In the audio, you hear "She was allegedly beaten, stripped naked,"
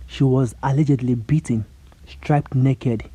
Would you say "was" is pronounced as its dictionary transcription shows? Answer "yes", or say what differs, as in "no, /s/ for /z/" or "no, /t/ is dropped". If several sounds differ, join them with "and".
yes